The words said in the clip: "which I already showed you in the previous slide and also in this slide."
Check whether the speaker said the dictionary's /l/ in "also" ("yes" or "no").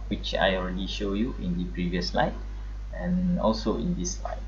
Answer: yes